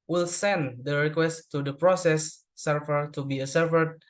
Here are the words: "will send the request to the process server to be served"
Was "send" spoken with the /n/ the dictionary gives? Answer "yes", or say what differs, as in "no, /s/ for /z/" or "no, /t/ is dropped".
yes